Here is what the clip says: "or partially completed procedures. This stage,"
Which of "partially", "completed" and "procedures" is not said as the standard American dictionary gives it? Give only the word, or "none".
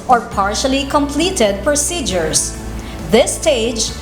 procedures